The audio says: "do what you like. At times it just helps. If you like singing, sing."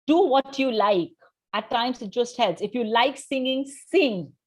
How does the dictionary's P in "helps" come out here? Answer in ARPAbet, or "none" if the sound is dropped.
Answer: none